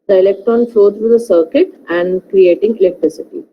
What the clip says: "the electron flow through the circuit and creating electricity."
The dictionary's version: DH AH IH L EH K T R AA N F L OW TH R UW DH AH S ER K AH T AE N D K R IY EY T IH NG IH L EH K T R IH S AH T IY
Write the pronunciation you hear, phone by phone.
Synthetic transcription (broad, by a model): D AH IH L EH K T AA N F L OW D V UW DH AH S ER K AH T AE N D K R IY EY T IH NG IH L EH K T R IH S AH T IY